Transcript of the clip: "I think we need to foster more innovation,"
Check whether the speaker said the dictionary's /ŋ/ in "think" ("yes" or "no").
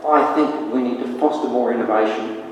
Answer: yes